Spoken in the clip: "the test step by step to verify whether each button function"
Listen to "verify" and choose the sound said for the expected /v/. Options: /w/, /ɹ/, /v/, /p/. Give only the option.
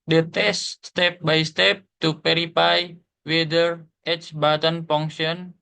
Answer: /p/